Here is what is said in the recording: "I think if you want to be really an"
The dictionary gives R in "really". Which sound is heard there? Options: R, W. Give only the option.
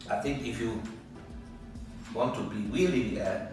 W